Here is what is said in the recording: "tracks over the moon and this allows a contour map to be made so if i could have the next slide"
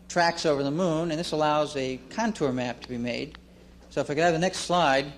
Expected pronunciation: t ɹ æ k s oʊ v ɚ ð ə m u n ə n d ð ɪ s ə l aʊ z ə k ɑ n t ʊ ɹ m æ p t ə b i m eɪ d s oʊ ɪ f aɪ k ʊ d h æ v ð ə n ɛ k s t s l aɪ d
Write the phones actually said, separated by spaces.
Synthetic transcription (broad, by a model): t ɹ æ k s oʊ v ɚ ð ə m u n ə n ð ɪ s ə l aʊ z ə k ɑ n t ʊ ɹ m æ p t ə b i m eɪ d s oʊ ɪ f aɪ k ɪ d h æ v ð ə n ɛ k s t s l aɪ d